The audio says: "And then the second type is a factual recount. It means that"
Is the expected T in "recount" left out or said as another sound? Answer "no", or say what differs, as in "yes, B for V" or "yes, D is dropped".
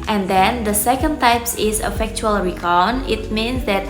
yes, T is dropped